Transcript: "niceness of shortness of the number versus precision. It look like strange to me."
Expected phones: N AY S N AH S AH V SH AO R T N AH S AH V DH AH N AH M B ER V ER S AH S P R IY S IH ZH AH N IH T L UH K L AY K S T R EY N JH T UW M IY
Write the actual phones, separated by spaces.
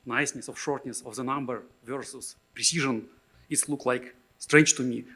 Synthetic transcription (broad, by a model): N AY S N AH S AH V SH AO R T N AH S AH V DH AH N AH M B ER V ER S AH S P R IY S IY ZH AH N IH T L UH K L AY K S T R EY N JH T UW M IY